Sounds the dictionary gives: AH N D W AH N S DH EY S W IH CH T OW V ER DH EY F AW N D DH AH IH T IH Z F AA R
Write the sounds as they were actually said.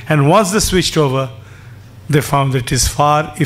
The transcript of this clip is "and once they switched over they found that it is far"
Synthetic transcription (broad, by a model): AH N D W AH N S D EY S W IH CH T OW V ER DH EY F AW N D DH IH T IH Z F AA R